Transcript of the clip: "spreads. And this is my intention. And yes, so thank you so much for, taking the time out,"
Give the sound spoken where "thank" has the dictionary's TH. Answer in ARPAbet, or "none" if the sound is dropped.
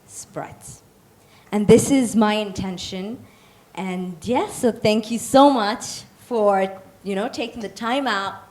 TH